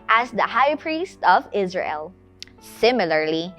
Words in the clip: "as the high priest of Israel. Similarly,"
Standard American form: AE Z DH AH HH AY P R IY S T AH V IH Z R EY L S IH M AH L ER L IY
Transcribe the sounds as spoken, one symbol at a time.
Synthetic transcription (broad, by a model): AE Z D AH HH AY P R IY S T AH V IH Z R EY L S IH M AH L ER L IY